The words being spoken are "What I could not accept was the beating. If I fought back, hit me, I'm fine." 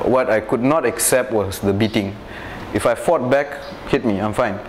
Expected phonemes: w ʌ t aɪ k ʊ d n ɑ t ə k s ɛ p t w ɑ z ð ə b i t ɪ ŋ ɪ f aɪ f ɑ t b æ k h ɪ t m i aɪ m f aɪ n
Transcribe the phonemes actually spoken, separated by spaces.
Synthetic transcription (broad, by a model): w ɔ t aɪ k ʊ d n ɑ t ə k s ɛ p t w ɑ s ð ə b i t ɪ ŋ ɪ f aɪ f ɑ t b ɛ k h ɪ t m i aɪ m f aɪ n